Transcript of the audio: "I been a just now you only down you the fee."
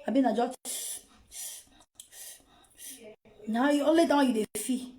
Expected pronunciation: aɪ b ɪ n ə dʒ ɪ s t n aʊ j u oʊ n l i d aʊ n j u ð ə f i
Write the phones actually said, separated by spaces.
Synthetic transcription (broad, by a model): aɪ b ɪ n ə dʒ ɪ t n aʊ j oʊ l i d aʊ j u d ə f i